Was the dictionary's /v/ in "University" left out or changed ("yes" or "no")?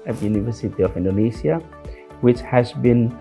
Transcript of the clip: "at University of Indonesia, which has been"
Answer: no